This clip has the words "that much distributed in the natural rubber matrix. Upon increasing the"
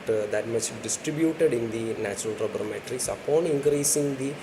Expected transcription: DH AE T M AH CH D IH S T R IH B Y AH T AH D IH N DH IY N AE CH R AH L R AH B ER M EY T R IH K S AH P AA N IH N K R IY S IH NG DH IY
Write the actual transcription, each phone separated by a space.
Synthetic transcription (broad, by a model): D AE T M AH CH D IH S T R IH B Y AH T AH D IH N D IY N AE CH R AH L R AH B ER M EY T R IH K S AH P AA N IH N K R IY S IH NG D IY